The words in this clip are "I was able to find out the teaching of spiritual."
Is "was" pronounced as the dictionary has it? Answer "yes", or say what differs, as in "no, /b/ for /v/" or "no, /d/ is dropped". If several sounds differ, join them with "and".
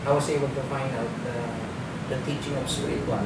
no, /s/ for /z/